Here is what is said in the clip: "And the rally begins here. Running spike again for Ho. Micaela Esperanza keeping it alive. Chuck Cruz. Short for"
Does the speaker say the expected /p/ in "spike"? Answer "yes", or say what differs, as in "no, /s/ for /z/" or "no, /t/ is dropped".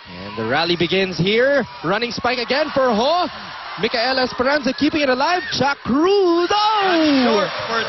yes